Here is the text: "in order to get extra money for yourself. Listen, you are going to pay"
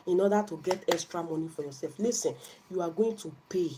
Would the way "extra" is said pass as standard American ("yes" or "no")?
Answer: yes